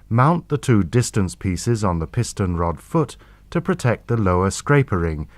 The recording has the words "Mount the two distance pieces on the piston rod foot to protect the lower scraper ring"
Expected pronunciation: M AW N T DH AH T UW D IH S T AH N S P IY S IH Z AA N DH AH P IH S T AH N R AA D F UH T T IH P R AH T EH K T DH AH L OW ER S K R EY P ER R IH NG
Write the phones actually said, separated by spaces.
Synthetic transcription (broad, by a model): M AW N DH AH T UW D IH S T AH N S P IY S IH Z N DH AH P IH S T AH N R AA D F UH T T IH P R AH T EH K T DH AH L OW ER S K R EY P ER R IH NG